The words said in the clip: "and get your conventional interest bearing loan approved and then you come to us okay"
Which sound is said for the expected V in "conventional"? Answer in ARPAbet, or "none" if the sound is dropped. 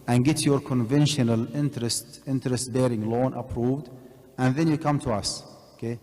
V